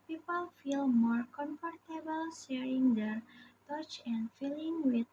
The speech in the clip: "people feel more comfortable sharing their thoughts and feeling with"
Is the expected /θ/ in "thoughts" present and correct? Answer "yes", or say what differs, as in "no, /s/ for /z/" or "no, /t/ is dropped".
no, /t/ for /θ/